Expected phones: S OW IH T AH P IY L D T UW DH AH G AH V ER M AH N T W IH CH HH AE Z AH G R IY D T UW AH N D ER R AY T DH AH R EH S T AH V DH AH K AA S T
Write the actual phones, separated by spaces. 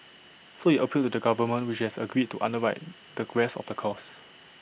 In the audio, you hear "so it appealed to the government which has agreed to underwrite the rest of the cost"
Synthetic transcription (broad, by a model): S OW IH T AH P IY L T UW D AH G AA V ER M AH N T W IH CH HH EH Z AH G R IY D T UW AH N D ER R AY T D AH R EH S AH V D AH K AA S